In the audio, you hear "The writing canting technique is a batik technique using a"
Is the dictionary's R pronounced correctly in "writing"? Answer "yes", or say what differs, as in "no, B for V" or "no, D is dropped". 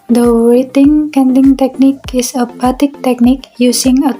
no, W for R